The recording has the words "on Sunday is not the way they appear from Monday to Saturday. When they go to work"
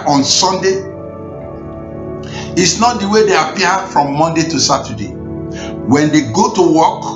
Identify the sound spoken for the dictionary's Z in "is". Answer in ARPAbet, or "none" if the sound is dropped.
S